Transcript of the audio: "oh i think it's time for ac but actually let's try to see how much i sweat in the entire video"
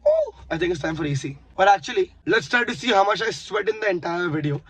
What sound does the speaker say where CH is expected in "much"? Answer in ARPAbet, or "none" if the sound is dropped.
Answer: SH